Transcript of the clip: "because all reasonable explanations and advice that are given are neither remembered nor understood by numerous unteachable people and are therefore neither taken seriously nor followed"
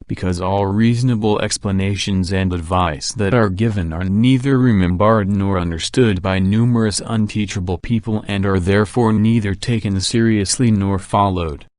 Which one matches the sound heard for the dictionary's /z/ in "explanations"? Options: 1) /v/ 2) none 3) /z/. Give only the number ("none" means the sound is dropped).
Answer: 3